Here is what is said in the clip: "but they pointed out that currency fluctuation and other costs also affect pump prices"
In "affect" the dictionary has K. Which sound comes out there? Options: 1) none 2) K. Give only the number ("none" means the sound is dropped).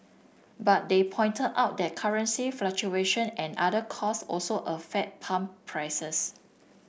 1